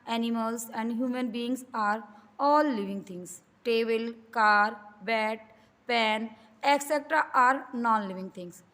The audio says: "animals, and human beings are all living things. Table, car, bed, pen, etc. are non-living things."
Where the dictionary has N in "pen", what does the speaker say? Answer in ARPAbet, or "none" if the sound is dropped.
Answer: N